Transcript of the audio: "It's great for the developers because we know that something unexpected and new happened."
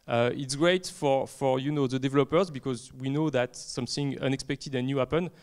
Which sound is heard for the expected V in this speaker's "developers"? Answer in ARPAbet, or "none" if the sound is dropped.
V